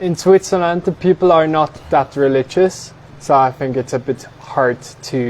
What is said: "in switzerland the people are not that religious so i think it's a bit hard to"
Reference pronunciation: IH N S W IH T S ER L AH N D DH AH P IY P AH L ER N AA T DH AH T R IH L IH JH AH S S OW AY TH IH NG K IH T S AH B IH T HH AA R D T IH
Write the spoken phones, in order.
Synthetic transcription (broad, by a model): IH N S W IH T S ER L AH N D DH AH P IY P AH L ER N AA T DH AH T R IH L IH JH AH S S OW AY TH IH NG K IH T S AH B IH T HH AA R D T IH